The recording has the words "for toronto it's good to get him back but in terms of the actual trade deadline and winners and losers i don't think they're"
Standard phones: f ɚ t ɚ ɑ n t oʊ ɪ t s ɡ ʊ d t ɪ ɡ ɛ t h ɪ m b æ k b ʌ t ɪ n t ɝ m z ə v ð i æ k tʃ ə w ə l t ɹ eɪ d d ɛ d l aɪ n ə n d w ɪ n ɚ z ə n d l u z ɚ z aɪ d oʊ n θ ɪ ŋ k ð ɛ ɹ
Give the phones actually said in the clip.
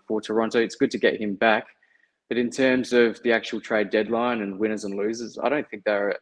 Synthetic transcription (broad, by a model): f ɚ t ɚ ɑ n t oʊ ɪ t s ɡ ʊ d t ɪ ɡ ɛ t h ɪ m b æ k b ʌ t ɪ n t ɝ m z ə v ð i æ k tʃ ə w l t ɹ eɪ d d ɛ d l aɪ n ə n w ɪ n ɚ z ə n l u z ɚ z aɪ d oʊ n θ ɪ ŋ k ð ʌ ɹ